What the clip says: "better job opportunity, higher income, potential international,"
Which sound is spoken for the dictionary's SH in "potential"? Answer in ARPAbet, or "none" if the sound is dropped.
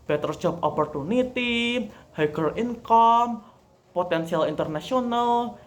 S